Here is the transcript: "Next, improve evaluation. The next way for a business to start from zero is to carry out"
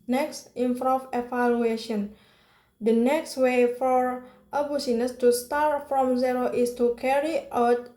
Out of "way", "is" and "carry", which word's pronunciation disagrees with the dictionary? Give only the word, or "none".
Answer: is